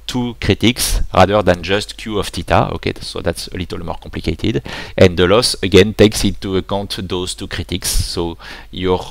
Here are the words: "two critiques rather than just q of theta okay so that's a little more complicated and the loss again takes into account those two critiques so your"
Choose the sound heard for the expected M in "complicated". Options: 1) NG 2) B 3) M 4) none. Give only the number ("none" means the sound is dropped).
4